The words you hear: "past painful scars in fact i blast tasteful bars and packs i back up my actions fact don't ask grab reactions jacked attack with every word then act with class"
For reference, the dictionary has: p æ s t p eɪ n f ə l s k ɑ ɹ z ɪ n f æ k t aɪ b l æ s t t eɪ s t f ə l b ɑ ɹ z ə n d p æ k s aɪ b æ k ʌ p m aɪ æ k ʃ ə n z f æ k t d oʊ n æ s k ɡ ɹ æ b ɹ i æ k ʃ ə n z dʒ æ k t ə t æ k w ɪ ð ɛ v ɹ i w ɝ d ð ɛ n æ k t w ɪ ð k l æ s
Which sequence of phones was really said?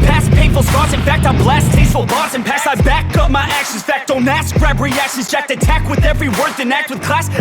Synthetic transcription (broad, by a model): p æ s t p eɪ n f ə l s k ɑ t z ɪ n f æ k t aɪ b l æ s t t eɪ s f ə l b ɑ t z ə n p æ s aɪ b æ k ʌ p m aɪ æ k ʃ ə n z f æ k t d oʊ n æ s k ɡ ɹ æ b ɹ i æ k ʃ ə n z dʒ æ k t ə t æ k w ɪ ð ɛ v ɹ i w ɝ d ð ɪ n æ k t w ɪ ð k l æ s